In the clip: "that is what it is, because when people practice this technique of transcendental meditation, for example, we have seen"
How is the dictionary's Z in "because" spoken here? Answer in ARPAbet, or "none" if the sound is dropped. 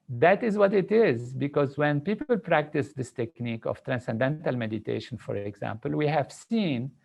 Z